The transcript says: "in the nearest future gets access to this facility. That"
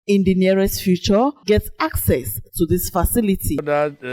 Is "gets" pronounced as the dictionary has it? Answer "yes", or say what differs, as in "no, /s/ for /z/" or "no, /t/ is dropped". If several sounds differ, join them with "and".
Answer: yes